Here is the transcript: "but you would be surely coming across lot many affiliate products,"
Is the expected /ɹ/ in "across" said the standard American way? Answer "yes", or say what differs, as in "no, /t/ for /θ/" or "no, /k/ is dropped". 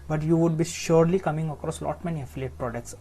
yes